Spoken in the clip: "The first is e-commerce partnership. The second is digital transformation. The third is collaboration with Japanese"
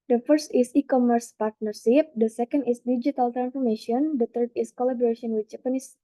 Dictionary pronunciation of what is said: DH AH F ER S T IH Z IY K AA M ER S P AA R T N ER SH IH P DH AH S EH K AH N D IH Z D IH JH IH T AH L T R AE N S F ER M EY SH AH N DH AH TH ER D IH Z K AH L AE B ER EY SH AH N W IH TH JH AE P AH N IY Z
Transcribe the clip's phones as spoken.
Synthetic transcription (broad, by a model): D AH F ER S T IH S IY K AA M ER S P AA R T N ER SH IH P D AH S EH K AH N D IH S D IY JH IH T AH L T R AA N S F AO M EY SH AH N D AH T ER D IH S K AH L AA B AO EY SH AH N W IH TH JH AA P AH N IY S